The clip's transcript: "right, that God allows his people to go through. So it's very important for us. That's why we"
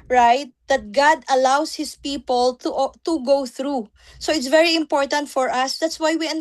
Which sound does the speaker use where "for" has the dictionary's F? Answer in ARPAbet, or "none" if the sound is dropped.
F